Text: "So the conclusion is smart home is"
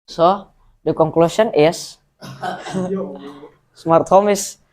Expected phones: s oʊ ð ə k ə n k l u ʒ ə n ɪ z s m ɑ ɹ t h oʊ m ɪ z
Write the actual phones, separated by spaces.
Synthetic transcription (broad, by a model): s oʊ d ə k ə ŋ k l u s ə n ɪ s s m ɑ ɹ t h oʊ m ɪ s